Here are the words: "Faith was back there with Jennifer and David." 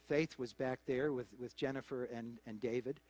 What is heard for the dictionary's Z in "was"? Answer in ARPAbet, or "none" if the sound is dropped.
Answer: Z